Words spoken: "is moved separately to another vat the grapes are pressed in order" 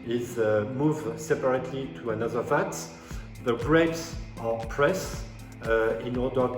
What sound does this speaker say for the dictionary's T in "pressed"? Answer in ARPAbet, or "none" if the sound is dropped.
none